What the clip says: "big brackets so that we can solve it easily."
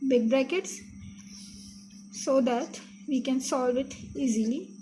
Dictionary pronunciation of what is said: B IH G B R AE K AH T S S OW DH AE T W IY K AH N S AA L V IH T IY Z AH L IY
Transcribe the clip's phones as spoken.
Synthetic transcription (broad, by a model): B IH G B R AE K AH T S S OW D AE T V IY K AH N S AA L V IH T IY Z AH L IY